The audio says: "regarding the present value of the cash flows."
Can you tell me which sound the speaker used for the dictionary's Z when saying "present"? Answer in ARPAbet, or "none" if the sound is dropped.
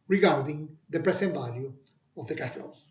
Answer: S